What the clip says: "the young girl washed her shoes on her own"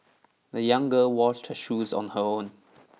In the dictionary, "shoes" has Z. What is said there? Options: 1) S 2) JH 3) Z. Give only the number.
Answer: 3